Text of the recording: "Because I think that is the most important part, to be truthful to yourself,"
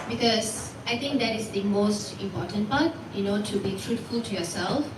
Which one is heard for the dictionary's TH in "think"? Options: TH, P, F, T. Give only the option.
T